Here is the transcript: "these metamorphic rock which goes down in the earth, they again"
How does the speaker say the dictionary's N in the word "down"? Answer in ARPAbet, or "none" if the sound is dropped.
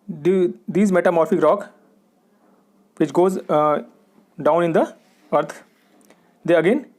N